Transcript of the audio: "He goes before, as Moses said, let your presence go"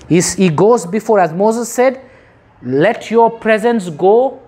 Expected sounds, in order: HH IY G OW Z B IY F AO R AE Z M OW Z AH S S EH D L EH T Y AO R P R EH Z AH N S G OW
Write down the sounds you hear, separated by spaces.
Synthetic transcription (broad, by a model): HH IY G OW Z B IY F AO R AE Z M OW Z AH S S EH D L EH T Y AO P R EH Z AH N S G OW